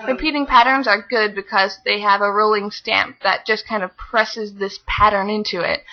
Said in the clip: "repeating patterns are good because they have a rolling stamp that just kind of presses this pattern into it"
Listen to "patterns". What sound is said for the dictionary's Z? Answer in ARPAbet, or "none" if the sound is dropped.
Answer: Z